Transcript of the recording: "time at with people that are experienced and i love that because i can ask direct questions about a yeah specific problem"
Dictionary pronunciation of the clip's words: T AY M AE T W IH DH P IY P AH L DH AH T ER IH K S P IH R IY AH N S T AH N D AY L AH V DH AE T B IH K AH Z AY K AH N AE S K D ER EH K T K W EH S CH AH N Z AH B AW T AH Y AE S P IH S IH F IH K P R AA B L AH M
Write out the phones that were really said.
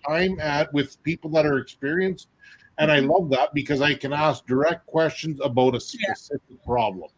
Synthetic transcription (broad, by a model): AY M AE T W IH DH P IY P L DH AH T ER IH K S P IH R IY AH N S T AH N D AY L AH V DH AE T B IH K AH Z AY K AH N AE S K D ER EH K T K W EH S CH AH N Z AH B AW T AH S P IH S IH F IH K P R AA B L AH M